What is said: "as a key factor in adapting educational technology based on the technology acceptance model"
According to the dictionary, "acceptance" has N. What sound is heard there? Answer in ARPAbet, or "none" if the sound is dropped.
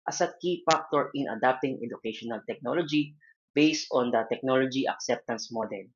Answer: N